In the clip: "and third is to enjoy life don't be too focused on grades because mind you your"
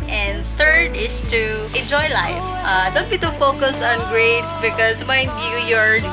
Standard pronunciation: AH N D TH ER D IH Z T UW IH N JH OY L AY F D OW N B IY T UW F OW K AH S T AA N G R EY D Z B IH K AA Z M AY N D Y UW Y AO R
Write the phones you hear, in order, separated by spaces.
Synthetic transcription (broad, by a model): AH N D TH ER D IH S T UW IH N JH OY L AY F D OW N B IY T UW F OW K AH S AA N G R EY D S B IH K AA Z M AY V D Y UW Y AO R